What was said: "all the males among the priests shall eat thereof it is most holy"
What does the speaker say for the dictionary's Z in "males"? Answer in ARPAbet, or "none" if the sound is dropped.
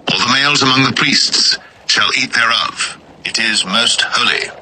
Z